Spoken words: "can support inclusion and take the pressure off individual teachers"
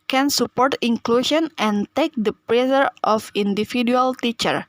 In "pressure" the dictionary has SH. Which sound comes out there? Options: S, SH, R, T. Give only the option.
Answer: S